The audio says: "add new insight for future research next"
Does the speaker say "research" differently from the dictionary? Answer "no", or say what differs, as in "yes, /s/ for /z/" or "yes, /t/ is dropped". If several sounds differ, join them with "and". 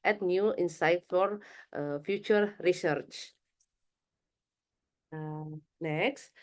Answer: no